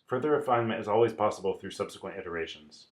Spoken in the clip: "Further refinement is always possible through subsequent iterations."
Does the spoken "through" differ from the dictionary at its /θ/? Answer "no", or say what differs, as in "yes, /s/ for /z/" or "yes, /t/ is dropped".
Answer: no